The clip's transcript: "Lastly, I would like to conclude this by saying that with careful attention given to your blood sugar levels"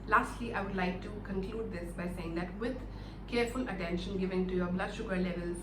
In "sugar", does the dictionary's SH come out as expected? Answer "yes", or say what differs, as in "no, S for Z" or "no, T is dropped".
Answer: yes